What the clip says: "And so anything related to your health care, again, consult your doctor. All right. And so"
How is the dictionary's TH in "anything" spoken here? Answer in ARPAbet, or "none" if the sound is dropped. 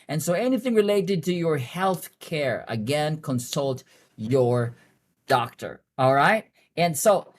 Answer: TH